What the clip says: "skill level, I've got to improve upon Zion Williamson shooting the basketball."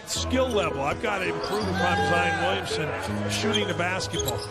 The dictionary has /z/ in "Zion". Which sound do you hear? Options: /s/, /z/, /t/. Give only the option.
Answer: /z/